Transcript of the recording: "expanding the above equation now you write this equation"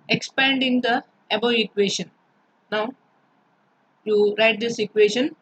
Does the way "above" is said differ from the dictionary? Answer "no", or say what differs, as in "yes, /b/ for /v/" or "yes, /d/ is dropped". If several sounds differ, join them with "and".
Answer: yes, /v/ is dropped